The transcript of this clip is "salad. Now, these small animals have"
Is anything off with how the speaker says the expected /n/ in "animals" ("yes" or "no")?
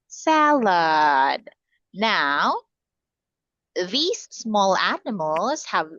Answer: no